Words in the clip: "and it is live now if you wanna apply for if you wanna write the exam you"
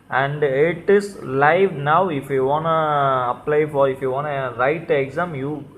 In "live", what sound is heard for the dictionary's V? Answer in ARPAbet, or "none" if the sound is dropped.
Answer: V